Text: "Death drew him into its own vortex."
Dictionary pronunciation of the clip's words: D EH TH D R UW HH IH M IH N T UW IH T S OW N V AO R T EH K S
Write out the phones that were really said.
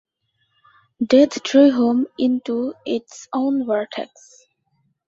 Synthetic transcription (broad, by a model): D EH T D R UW HH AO M IH N T UW IH T S OW N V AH R T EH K S